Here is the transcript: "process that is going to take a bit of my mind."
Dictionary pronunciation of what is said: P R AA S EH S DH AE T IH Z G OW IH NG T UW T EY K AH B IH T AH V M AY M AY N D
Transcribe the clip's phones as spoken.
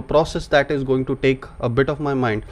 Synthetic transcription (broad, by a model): P R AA S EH S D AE T IH Z G OW IH NG T UW T EY K AH B IH T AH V M AY M AY N D